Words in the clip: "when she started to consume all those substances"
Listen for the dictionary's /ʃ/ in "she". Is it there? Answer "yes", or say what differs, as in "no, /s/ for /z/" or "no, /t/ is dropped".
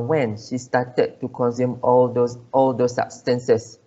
yes